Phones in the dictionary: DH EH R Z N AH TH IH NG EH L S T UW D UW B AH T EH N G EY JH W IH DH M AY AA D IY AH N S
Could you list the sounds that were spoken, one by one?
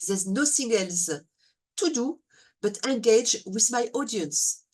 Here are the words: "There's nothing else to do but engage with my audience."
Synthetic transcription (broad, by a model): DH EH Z N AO S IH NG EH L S T UW D UW B AH T EH N G EY JH W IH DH M AY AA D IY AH N S